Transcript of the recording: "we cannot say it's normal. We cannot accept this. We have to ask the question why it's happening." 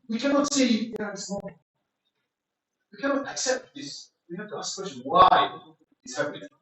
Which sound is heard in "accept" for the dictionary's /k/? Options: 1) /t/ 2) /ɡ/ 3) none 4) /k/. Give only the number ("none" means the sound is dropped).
4